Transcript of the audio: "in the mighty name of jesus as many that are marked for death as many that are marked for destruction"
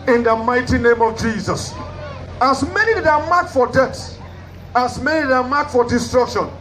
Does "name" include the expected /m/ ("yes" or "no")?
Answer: yes